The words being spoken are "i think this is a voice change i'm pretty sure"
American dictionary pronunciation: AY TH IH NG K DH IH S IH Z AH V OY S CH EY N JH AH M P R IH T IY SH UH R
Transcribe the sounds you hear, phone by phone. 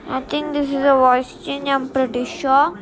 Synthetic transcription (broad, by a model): AY T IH NG K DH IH S IH Z AH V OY S CH EY N JH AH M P R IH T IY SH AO